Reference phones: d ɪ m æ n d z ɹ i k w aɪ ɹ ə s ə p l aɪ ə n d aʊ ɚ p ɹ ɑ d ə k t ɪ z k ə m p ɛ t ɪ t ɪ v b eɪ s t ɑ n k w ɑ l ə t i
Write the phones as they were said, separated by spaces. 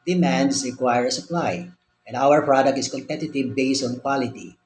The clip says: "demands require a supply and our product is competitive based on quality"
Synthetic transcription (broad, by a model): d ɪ m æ n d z ɹ i k w aɪ ɹ ə s ə p l aɪ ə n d aʊ ɚ p ɹ ɑ d ə k t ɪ s k ə m p ɛ t ɪ t ɪ v b eɪ s t ɑ n k w ɑ l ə t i